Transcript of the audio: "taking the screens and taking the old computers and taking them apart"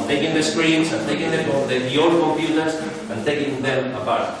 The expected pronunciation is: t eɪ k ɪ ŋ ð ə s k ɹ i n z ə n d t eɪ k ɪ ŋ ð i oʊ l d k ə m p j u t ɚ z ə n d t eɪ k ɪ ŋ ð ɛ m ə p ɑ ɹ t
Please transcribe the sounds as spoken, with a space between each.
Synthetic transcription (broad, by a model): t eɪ k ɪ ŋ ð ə s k ɹ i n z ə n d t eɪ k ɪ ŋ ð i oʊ d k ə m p j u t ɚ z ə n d t eɪ k ɪ ŋ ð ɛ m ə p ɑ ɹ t